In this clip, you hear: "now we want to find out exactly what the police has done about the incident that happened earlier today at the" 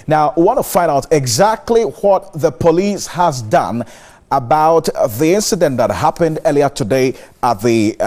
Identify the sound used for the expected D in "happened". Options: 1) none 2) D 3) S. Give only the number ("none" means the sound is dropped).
2